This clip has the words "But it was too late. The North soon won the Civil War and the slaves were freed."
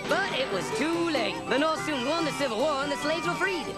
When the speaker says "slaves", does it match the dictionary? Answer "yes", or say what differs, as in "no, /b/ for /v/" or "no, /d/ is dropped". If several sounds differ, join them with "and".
yes